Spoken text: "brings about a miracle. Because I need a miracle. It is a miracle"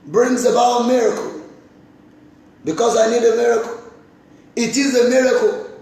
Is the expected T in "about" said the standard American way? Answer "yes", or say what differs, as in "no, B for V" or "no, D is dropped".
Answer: no, T is dropped